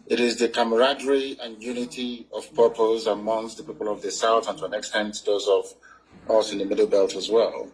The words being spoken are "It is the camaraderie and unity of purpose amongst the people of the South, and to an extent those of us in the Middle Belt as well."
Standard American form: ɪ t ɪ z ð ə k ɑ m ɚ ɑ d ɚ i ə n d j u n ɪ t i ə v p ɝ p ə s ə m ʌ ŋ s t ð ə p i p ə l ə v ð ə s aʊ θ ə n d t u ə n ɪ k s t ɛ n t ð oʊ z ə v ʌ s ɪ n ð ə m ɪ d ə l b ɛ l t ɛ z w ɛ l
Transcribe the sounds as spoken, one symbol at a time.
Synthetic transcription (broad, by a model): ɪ t ɪ z ð ə k ɑ m ɚ ɑ d ɚ i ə n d j u n ɪ t i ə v p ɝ p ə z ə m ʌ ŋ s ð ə p i p ə l ə v ð ə s aʊ θ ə n t u ə n ɪ k s t ɛ n t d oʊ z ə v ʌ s ɪ n ð ə m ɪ d l b ɛ l t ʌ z w ɛ l